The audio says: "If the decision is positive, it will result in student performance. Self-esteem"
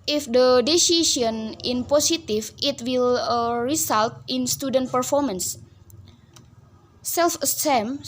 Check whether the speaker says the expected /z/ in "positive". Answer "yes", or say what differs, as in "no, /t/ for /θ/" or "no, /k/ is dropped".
no, /s/ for /z/